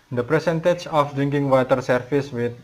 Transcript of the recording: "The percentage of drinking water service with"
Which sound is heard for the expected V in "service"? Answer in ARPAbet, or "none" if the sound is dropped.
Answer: F